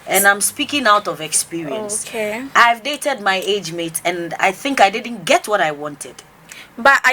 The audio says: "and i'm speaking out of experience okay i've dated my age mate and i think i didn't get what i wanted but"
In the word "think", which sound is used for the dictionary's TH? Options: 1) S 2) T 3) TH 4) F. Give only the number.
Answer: 3